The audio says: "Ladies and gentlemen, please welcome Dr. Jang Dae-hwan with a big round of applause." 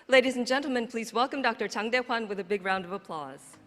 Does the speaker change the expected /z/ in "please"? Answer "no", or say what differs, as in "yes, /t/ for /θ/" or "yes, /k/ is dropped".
no